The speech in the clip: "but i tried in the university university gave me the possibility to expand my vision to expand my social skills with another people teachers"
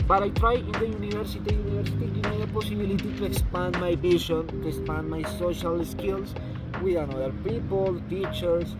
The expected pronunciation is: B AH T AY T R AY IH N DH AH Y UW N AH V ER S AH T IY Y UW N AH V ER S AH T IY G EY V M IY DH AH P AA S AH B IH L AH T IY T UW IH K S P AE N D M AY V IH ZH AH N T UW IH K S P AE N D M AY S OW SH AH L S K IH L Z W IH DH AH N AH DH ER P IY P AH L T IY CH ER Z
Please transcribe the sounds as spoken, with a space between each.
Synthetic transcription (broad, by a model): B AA T AY T R AY IH N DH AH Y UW N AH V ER S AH T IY Y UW N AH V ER S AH T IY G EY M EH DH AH P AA S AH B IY L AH T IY T UW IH K S P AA N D M AY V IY SH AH N T UW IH K S P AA N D M AY S OW SH AH L S K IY L S W IH DH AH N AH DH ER P IY P AH L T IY CH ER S